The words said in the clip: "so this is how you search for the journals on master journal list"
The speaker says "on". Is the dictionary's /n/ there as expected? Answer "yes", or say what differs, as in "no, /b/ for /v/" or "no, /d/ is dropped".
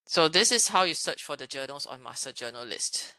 yes